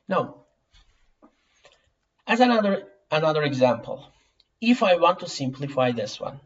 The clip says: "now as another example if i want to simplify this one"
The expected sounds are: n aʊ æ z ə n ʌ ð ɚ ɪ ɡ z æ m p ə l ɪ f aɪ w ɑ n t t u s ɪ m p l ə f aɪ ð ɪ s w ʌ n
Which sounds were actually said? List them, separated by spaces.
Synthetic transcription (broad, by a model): n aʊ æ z ə n ʌ ð ɚ ɪ ɡ z æ m p ə l ɪ f aɪ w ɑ n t t u s ɪ m p l ə f aɪ ð ɪ s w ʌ n